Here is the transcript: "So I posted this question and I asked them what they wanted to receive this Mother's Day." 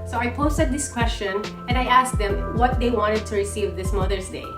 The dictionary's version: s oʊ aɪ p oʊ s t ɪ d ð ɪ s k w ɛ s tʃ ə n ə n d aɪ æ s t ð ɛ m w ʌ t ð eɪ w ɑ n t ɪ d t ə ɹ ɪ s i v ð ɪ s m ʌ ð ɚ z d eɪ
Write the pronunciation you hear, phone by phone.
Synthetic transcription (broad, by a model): s oʊ aɪ p oʊ s t ɪ d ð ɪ s k w ɛ s tʃ ə n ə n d aɪ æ s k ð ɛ m w ʌ t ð eɪ w ɑ n t ɪ d t ə ɹ ɪ s i v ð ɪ s m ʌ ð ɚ s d eɪ